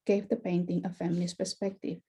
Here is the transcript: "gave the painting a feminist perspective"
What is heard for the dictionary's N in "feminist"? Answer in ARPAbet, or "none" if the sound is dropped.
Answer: L